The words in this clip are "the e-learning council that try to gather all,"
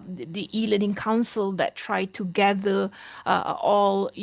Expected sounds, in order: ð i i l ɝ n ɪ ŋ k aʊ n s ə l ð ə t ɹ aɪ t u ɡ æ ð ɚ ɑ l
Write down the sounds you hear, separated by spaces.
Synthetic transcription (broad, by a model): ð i i l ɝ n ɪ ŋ k aʊ n s ə l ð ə t ɹ aɪ t u ɡ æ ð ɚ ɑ l